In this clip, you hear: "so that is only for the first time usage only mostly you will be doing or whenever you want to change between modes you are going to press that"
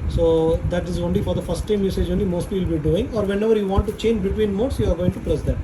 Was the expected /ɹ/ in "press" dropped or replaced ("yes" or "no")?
yes